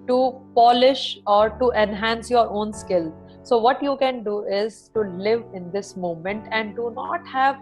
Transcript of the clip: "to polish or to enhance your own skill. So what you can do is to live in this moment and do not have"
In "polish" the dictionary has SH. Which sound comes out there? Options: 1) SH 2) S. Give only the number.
1